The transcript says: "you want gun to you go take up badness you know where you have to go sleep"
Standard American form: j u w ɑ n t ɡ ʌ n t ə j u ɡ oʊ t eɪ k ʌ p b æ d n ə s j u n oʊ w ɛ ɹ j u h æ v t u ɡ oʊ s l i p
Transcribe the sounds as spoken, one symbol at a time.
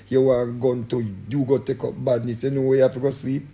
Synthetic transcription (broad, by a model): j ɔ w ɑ ɡ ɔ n t ə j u ɡ oʊ t eɪ k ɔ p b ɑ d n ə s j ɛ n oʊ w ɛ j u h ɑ f t u ɡ oʊ s l i p